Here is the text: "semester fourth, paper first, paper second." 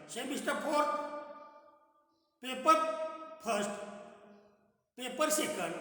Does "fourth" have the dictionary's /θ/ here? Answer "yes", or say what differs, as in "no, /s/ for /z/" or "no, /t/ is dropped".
no, /t/ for /θ/